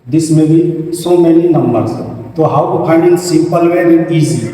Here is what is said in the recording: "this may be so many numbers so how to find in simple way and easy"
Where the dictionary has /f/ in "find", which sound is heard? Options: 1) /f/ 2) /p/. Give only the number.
2